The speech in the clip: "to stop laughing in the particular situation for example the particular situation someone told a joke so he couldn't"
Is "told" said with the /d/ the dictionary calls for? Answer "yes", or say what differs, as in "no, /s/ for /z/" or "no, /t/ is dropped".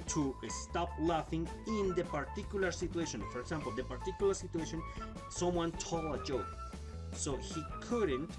no, /d/ is dropped